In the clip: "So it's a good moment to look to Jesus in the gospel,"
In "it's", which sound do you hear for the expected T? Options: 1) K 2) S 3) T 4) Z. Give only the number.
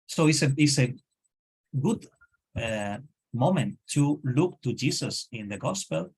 2